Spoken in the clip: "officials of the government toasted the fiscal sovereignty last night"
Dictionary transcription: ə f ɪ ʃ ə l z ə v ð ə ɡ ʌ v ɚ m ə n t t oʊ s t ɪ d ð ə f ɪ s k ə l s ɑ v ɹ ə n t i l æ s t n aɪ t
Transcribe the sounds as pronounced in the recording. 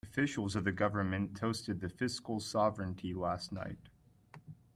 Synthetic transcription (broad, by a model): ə f ɪ ʃ l z ə v ð ə ɡ ʌ v ɚ m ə n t t oʊ s t ɪ d ð ə f ɪ s k l s ɑ v ɹ ə n t i l æ s t n aɪ t